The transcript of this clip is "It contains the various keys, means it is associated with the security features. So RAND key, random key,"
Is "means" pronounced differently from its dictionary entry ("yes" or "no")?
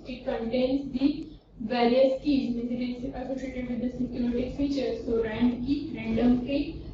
yes